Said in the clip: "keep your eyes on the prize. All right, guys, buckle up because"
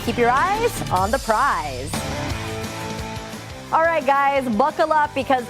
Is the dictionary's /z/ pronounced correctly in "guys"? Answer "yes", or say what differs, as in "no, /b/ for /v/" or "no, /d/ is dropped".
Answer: yes